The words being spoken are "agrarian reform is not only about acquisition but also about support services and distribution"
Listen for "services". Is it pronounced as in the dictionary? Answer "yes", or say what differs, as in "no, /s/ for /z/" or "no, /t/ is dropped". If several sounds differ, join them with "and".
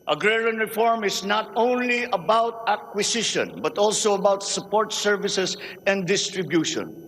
no, /s/ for /z/